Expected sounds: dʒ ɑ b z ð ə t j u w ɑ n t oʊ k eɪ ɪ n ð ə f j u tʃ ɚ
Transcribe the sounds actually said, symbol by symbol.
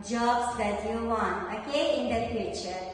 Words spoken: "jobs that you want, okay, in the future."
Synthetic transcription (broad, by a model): dʒ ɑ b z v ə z j u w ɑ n oʊ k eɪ ɪ n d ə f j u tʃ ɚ